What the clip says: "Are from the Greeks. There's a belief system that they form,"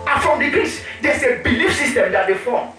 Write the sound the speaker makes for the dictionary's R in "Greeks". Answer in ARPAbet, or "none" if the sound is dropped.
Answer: none